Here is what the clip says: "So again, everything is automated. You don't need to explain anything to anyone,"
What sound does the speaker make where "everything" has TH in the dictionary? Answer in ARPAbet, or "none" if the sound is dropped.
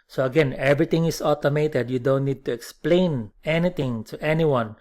T